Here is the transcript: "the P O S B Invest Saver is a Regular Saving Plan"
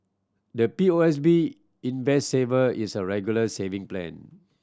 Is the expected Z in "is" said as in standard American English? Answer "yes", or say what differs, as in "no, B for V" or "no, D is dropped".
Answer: no, S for Z